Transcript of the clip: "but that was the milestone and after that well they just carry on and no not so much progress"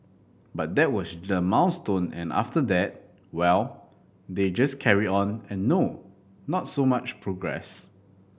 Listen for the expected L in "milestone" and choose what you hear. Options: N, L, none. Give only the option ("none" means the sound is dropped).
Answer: N